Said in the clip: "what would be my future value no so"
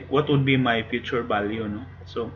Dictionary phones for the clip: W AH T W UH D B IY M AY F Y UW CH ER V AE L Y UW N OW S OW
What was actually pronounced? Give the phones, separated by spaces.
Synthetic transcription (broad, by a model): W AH T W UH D B IY M AY F Y UW CH ER B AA L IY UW N OW S OW